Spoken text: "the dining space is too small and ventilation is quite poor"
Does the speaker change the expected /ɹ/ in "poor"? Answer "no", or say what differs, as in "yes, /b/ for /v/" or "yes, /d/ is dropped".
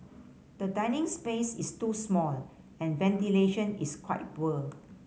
yes, /l/ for /ɹ/